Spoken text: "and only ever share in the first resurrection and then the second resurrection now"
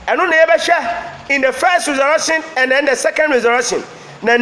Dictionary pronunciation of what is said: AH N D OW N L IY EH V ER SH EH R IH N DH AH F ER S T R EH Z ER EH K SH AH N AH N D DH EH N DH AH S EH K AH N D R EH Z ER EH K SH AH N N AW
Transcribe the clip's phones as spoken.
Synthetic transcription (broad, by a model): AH N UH N IY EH B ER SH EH IH N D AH F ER S T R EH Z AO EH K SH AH N AH N D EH N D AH S EH K AH N D R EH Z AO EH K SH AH N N